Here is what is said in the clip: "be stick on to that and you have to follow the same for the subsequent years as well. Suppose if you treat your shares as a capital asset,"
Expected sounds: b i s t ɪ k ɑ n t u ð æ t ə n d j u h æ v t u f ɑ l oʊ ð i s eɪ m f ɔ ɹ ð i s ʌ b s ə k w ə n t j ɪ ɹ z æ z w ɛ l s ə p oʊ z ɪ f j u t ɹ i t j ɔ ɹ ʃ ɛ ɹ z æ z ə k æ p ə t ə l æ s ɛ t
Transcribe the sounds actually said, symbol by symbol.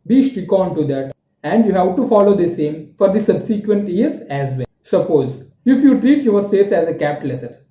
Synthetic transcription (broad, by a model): b i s t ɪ k ɑ n t u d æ t ə n d j u h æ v t u f ɑ l oʊ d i s eɪ m f ɔ ɹ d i s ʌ b s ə k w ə n t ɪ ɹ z æ z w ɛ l s ə p oʊ z ɪ f j u t ɹ i t j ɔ ɹ s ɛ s æ z ə k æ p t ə l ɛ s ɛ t